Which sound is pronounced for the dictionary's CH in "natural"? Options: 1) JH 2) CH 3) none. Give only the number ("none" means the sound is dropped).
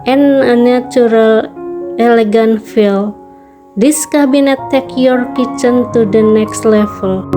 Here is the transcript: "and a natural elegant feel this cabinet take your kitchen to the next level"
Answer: 3